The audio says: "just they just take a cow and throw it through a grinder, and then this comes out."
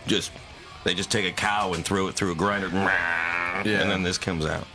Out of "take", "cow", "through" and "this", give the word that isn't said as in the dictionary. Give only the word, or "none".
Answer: none